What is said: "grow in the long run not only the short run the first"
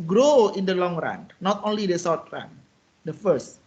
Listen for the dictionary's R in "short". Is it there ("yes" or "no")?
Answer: no